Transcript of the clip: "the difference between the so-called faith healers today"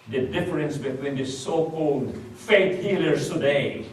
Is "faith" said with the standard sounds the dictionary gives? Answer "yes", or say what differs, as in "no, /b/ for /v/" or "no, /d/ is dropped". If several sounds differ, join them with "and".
no, /t/ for /θ/